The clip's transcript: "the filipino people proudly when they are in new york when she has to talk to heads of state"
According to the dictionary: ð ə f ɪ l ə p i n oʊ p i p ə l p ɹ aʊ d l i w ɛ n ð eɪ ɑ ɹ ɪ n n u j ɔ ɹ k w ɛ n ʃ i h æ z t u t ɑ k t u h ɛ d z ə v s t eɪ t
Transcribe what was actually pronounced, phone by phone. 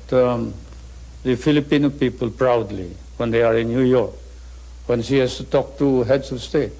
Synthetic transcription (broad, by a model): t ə f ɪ l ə p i n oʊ p i p ə l p ɹ aʊ d l i w ɛ n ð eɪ ɑ ɹ ɪ n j u j ɔ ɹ k w ɛ n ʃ i h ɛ s t u t ɑ k t u h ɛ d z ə s t eɪ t